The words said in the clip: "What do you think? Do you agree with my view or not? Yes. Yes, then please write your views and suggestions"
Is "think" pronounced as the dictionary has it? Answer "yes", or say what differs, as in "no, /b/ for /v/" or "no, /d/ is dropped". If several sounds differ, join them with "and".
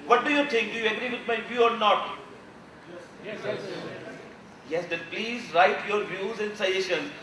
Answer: no, /t/ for /θ/ and /ŋ/ is dropped